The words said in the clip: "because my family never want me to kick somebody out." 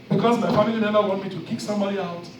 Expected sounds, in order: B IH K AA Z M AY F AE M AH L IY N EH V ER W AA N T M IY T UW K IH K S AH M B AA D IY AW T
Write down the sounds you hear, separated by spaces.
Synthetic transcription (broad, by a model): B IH K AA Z M AY F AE M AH L IY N EH V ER W AA N T M IY T UW K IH K S AH M B AA D IY AW T